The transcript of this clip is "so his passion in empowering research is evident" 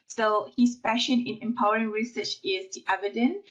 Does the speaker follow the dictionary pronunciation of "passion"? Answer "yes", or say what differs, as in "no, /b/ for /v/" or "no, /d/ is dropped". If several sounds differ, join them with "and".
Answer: no, /f/ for /p/